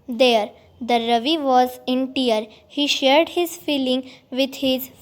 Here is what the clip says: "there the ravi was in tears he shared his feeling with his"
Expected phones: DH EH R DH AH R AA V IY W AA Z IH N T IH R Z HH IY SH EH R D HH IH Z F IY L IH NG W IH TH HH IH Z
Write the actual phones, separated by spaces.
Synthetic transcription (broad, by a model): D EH R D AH R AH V IY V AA Z IH N T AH R HH IY SH EH R D HH IH Z F IY L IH NG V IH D HH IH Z